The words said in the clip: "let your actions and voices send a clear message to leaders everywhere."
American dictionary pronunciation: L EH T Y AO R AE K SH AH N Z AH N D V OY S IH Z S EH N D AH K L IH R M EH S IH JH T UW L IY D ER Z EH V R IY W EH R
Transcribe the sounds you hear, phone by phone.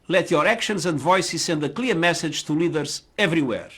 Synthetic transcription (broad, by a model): L EH T Y AO R AE K SH AH N Z AH N D V OY S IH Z S EH N D AH K L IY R M EH S IH JH T UW L IY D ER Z EH V R IY W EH R